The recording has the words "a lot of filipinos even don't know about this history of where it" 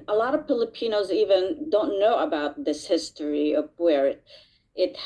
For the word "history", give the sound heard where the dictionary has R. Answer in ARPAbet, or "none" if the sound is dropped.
R